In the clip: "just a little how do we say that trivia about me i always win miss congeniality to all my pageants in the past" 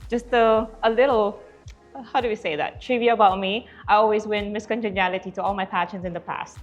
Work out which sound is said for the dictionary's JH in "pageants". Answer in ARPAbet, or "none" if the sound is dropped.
SH